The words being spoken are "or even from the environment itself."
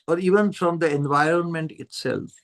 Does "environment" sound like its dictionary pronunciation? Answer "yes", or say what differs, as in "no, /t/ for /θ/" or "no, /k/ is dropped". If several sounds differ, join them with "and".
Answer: yes